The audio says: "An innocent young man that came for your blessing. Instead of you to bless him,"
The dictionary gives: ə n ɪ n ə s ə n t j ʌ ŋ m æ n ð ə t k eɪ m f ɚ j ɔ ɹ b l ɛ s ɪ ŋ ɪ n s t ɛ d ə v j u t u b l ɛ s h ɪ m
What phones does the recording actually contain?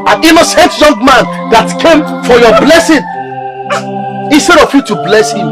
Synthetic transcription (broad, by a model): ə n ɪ n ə s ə n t j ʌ ŋ m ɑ n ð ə t k eɪ m f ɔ j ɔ b l ɛ s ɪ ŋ ɪ n s t ɛ d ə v j u t u b l ɛ s h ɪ m